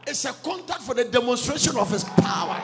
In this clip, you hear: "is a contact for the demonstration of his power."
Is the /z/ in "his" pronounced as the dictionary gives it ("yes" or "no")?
no